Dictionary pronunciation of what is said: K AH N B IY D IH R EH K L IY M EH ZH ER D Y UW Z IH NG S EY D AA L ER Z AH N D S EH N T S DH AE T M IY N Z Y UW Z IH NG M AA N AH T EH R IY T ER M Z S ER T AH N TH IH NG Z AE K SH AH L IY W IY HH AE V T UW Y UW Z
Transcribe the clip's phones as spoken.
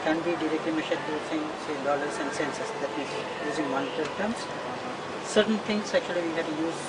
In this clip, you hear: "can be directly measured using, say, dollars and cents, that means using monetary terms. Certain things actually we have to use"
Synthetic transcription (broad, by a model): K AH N B IY D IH R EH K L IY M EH SH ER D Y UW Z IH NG S EY D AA L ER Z AH N D S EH N S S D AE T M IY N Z Y UW Z IH NG M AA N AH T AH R T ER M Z S ER T AH N T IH NG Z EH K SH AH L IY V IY HH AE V T UW Y UW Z